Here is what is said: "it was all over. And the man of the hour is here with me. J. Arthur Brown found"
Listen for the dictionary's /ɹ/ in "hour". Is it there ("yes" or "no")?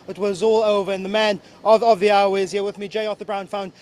no